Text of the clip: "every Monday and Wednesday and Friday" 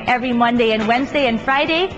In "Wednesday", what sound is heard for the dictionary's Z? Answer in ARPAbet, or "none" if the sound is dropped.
Z